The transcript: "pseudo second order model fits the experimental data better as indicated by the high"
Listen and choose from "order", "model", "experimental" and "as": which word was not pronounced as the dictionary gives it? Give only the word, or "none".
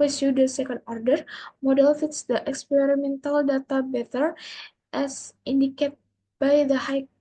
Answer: as